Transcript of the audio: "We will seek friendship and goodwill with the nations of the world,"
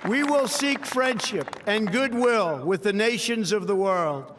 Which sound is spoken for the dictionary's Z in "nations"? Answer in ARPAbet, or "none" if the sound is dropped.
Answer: Z